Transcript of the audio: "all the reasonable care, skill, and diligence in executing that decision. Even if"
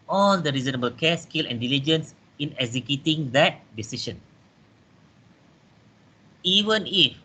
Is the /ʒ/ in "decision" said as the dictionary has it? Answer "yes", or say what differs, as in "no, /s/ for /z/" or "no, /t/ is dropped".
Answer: no, /ʃ/ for /ʒ/